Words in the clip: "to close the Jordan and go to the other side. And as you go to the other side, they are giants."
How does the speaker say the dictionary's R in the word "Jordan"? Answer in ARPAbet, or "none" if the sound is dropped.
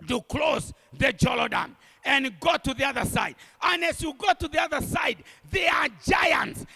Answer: L